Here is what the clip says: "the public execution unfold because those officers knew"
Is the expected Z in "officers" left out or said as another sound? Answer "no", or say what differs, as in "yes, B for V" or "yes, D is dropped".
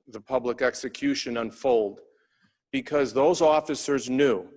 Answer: no